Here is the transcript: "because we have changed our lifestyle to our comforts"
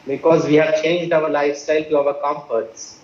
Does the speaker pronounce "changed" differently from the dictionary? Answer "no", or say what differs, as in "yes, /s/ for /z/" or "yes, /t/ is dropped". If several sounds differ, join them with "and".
no